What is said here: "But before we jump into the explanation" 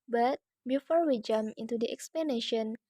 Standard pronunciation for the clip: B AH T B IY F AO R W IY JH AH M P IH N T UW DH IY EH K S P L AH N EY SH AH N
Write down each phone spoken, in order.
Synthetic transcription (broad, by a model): B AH T B IY F AO R W IY JH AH M IH N T UW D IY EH K S P L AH N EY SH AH N